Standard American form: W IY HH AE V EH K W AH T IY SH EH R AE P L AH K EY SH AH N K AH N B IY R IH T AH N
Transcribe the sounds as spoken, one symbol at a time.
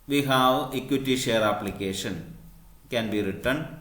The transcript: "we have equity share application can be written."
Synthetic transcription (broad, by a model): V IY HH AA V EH K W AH T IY SH EH R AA P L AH K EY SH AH N K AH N B IY R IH T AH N